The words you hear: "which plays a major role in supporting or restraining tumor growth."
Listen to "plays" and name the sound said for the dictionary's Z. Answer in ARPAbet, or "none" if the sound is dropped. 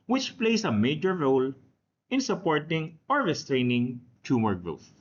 S